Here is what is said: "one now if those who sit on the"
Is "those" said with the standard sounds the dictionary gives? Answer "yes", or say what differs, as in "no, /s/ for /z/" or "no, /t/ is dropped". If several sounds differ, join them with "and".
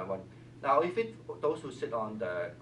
no, /s/ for /z/